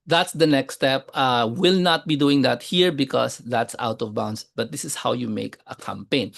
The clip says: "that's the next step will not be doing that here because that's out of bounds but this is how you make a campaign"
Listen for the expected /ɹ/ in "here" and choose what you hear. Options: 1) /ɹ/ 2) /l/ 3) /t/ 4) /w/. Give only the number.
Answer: 1